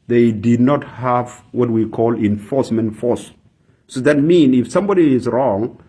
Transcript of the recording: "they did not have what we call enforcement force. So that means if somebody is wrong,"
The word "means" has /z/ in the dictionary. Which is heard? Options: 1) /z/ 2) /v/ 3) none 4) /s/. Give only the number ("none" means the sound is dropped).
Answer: 3